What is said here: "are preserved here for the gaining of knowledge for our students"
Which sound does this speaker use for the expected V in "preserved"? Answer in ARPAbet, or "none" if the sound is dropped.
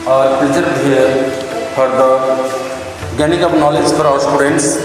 none